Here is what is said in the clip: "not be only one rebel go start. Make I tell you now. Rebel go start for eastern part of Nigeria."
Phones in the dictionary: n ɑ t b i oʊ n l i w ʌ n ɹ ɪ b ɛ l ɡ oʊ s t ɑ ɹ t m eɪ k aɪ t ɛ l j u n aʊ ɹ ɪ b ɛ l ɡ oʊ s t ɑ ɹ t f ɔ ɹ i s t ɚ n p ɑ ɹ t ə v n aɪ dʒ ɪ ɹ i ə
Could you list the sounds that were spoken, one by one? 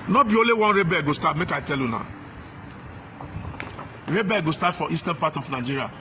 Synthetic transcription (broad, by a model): n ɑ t b i oʊ l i w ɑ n ɹ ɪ b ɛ ɡ oʊ s t ɑ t m eɪ k aɪ t ɛ l j u n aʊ ɹ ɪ b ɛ ɡ oʊ s t ɑ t f ɔ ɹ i s t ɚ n p ɑ t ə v n aɪ dʒ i ɹ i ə